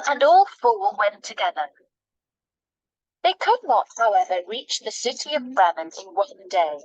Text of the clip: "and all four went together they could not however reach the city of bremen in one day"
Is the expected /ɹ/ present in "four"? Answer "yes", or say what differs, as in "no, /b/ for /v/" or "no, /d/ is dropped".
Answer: no, /l/ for /ɹ/